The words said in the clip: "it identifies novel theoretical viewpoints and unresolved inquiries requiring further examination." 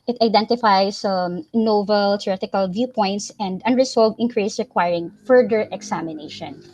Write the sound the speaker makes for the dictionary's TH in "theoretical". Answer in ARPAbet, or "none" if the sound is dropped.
T